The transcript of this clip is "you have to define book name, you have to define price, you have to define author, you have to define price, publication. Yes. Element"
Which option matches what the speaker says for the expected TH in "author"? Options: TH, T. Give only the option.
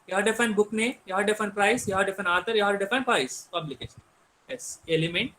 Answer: T